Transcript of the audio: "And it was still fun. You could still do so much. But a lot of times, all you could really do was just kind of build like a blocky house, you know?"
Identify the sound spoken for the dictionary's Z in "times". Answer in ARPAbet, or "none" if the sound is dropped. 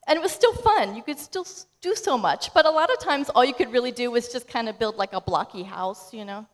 Z